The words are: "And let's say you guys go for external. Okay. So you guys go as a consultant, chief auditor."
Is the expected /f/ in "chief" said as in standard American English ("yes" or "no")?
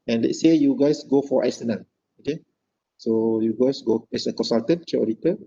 no